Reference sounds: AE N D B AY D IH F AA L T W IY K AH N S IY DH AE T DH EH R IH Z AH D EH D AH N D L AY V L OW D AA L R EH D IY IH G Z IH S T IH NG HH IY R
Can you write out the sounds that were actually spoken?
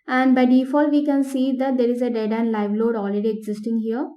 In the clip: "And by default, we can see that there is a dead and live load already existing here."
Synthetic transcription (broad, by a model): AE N D B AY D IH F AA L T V IY K AH N S IY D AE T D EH R IH Z AH D EH D AH N D L AY V L OW D AA L R EH D IY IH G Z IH S T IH NG HH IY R